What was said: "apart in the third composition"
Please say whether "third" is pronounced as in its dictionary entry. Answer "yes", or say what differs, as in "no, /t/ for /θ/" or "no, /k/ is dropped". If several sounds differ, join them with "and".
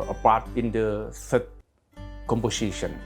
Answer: no, /s/ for /θ/